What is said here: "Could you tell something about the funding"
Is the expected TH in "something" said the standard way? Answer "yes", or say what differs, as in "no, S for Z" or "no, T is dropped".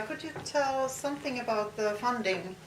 yes